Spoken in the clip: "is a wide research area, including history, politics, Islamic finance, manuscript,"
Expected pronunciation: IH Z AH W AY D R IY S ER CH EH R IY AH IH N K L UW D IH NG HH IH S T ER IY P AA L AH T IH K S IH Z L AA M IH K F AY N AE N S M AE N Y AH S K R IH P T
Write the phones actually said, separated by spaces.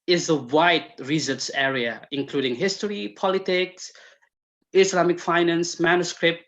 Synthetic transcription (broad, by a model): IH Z AH W AY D R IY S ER S EH R IY AH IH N K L UW D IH NG HH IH S T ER IY P AA L AH T IH K S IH S L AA M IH K F AY N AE N S M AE N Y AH S K R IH P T